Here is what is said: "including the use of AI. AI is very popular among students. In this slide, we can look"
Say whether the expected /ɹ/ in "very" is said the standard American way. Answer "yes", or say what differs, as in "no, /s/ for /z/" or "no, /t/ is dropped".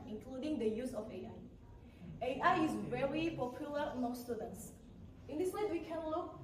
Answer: yes